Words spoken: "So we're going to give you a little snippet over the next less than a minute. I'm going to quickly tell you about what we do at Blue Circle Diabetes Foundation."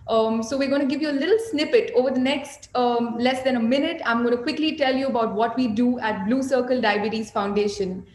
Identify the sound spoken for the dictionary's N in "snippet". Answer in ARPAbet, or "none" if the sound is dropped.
N